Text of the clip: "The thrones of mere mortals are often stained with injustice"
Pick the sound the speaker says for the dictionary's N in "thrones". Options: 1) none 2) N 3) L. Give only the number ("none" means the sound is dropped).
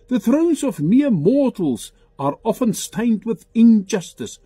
2